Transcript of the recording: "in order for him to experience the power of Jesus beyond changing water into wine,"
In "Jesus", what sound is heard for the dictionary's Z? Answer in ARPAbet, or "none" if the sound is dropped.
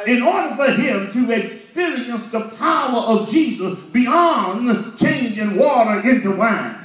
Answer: Z